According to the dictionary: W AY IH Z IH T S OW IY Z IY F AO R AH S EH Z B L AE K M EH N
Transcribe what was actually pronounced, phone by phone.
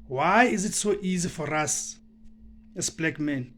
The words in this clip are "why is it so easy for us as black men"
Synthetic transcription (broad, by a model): W AY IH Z IH T S OW IY Z IY F AO R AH S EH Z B L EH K M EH N